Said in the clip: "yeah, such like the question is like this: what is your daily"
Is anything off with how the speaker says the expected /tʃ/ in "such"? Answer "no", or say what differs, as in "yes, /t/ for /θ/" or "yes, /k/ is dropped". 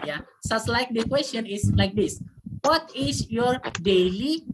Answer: yes, /s/ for /tʃ/